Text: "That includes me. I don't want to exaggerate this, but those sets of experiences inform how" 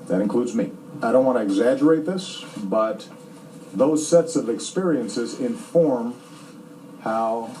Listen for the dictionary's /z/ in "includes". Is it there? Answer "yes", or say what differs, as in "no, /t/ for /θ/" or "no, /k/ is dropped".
yes